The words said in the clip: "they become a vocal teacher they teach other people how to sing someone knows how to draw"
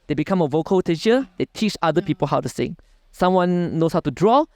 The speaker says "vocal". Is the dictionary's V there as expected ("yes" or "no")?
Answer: yes